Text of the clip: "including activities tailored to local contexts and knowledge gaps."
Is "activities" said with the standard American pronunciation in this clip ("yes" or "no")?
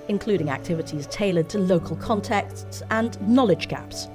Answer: yes